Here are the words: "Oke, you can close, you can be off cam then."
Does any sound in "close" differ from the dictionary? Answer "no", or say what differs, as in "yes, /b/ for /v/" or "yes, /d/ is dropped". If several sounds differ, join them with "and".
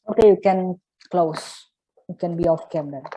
no